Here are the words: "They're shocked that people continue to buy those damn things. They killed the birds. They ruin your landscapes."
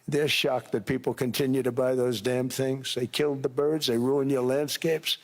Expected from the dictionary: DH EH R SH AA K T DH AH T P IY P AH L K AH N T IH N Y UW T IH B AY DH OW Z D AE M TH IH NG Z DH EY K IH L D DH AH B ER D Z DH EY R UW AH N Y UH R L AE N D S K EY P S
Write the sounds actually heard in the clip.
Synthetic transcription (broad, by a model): DH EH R SH AA K DH AH T P IY P L K AH N T IH N Y UW T IH B AY DH OW Z D AE M TH IH NG Z DH EY K IH L D DH AH B ER D Z DH EY R UW AH N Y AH R L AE N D S K EY P S